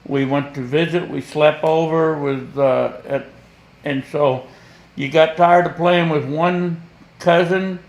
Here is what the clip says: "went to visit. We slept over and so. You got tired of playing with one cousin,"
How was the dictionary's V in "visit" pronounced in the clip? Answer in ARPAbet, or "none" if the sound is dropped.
V